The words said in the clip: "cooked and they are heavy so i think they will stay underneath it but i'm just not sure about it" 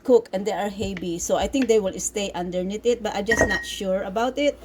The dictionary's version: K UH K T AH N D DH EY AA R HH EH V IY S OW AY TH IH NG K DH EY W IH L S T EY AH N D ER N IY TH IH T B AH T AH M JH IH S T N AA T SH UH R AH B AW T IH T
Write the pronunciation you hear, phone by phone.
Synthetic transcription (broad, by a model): K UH K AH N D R AA R HH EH B IY S OW AY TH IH NG K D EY W IH L S T EY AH N D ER N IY T IH T B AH T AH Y JH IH S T N AA T SH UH R AH B AW T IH T